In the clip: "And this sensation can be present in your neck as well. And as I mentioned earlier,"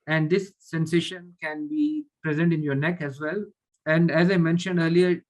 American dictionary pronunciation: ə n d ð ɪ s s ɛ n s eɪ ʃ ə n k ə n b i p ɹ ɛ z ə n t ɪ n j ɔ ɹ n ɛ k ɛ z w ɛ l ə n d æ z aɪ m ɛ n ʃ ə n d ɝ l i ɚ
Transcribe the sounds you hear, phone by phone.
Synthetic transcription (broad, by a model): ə n d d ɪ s s ɛ n s eɪ ʃ ə n k ə n b i p ɹ ɛ z ə n t ɪ n j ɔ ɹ n ɛ k ɛ z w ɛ l ə n d æ z aɪ m ɛ n ʃ ə n d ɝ l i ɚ